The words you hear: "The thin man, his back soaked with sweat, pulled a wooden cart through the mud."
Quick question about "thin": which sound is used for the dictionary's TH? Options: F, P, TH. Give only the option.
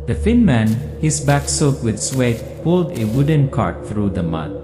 F